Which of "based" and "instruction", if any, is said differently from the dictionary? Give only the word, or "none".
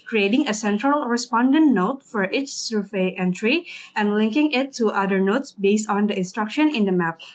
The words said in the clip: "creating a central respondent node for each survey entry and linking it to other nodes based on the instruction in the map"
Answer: none